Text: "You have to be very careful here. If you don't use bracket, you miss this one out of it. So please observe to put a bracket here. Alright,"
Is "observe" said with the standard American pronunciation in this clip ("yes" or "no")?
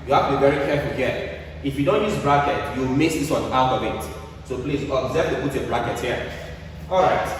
no